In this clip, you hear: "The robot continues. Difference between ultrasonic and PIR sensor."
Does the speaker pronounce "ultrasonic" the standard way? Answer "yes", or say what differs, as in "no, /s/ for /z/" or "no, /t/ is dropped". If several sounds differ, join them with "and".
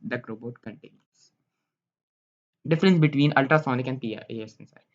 yes